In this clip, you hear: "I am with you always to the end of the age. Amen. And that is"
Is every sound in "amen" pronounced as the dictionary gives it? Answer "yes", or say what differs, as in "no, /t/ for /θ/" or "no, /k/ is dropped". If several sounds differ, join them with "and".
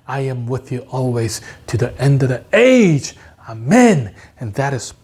yes